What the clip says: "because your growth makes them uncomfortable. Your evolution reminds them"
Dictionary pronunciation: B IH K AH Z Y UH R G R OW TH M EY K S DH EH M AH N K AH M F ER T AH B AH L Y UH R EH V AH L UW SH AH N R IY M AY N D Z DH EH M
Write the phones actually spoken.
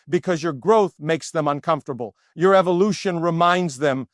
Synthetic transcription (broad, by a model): B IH K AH Z Y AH R G R OW TH M EY K S DH EH M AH N K AH M F T AH B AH L Y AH R EH V AH L UW SH AH N R IY M AY N D Z DH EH M